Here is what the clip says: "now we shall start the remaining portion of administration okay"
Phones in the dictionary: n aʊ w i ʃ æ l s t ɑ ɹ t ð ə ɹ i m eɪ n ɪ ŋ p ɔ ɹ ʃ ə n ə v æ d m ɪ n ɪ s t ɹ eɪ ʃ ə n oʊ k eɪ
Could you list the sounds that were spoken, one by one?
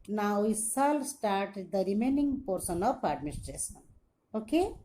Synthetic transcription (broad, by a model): n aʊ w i s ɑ l s t ɑ ɹ t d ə ɹ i m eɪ n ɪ ŋ p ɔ ɹ s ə n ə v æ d m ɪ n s t ɹ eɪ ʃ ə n oʊ k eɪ